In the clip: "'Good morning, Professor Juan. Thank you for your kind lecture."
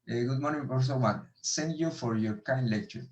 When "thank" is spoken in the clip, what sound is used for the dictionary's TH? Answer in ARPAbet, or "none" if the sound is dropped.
S